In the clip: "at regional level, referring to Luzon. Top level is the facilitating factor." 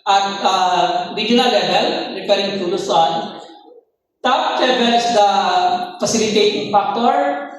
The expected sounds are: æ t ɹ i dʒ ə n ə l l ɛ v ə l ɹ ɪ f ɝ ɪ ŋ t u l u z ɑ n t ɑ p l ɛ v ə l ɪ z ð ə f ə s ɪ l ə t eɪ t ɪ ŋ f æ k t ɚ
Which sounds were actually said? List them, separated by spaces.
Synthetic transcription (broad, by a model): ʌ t ɹ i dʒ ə n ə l l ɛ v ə l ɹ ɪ p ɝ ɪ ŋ t u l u s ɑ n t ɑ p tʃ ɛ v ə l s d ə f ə s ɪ l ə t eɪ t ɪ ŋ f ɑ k t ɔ